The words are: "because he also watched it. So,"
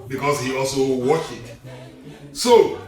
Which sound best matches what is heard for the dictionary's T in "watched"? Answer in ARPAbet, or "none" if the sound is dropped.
none